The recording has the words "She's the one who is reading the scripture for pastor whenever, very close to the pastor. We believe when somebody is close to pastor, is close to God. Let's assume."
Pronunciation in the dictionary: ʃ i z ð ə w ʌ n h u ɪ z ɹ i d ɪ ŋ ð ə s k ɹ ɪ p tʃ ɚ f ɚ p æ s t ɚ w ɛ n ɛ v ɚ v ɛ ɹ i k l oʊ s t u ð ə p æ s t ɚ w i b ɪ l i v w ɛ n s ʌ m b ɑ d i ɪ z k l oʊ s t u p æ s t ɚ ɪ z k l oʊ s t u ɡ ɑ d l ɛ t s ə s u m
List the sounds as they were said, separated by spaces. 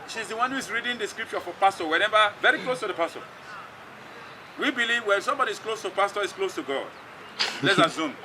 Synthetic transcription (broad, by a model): ʃ i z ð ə w ʌ n h u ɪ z ɹ i d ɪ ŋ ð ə s k ɹ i p tʃ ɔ f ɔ p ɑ s t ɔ w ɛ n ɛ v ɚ v ɛ ɹ i k l oʊ s t u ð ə p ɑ s t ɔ w i b ɪ l i v w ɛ l s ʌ m b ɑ d i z k l oʊ s t u p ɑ s t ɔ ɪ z k l oʊ s t u ɡ ɑ d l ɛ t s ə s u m